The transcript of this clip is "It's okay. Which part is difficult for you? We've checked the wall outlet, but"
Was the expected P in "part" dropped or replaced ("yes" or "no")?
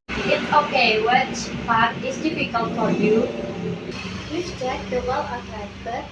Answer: yes